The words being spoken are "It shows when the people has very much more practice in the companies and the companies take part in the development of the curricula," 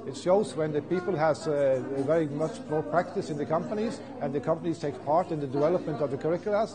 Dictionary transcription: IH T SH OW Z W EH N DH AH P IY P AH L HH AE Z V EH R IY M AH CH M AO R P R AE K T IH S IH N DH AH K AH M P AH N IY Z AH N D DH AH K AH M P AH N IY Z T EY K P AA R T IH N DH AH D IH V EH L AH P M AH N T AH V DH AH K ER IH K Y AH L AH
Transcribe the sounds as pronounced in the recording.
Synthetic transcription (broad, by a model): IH T SH OW Z W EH N DH AH P IY P AH L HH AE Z V EH R IY M AH CH M AO R P R AE K T IH S IH N DH AH K AH M P AH N IY Z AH N DH AH K AH M P AH N IY Z T EY K P AA R T IH N DH AH D IH V EH L AH P M AH N T AH V DH AH K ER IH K Y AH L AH